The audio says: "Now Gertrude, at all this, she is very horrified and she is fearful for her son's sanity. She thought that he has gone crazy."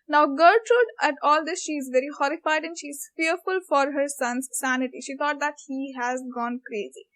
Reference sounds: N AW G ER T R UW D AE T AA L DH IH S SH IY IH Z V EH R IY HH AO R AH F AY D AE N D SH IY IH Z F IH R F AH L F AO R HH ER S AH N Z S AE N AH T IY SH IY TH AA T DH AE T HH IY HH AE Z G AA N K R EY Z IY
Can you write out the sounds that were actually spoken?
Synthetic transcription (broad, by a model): N AW G ER T R UW D AE T AA L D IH S SH IY IH Z V EH R IY HH AO R AH F AY D AE N D SH IY IH Z F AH R F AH L F AO R HH ER S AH N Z S AE N AH T IY SH IY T AA T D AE T HH IY HH AE Z G AA N K R EY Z IY